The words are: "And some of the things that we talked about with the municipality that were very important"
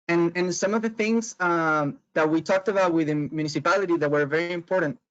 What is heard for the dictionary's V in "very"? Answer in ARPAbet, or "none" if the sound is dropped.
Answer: V